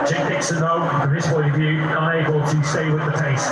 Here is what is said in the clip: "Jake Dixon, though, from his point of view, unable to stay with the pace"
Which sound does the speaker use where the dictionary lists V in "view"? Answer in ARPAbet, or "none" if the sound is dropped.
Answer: V